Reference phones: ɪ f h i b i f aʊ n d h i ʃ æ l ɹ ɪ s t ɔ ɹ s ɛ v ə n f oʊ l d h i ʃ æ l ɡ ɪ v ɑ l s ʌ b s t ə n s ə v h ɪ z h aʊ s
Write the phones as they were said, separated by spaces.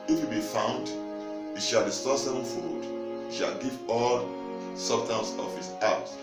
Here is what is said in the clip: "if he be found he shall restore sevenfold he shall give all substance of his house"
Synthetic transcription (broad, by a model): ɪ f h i b i f aʊ n d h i ʃ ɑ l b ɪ s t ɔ s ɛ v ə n f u d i ʃ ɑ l ɡ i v ɑ l s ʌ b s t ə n s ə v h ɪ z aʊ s